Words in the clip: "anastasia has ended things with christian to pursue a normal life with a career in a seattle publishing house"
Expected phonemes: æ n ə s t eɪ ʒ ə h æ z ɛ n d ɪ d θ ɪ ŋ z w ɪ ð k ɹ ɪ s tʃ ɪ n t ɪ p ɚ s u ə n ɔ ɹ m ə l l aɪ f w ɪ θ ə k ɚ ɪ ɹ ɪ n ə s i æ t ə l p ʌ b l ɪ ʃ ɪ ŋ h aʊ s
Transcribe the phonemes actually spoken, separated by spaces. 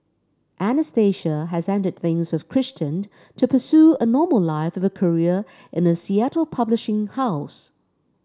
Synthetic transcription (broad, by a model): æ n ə s t eɪ ʃ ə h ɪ z ɛ n d ɪ d θ ɪ ŋ z w ɪ ð k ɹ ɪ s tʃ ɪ n t ɪ p ɚ s u ə n ɔ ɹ m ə l l aɪ f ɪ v ə k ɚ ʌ ɹ ɪ n ə s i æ t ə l p ʌ b l ɪ ʃ ɪ ŋ h aʊ s